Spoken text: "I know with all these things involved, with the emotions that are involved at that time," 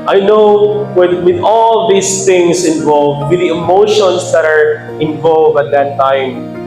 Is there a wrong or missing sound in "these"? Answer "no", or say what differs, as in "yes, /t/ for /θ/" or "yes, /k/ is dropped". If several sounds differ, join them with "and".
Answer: yes, /s/ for /z/